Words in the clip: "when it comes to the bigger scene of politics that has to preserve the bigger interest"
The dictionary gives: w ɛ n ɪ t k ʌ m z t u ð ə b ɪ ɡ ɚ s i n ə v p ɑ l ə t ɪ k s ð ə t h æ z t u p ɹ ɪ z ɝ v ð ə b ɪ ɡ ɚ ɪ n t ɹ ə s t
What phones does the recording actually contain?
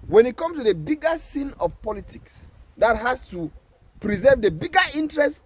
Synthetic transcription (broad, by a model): w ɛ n ɪ t k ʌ m s t u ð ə b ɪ ɡ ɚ s i n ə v p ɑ l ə t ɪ k s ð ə t h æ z t u p ɹ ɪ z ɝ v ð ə b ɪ ɡ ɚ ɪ n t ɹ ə s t